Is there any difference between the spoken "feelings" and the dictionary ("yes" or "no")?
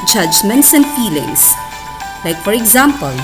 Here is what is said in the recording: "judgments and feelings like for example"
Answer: yes